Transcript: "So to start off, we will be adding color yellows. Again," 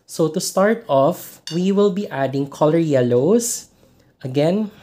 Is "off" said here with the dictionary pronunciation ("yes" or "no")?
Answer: yes